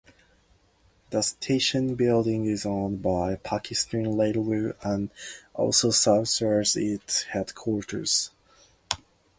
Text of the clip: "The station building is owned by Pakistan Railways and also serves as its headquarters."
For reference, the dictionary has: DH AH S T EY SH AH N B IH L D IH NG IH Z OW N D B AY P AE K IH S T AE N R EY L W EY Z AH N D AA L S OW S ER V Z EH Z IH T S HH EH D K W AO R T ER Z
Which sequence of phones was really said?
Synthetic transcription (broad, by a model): DH AH S T EY SH AH N B IH L D IH NG IH Z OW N B AY P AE K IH S T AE N L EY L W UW AH N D AA L S OW S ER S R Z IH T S HH EH D K W AO R T ER Z